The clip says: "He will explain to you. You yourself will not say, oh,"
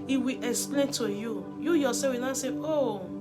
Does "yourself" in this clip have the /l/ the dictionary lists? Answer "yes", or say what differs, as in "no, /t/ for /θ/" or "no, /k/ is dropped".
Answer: no, /l/ is dropped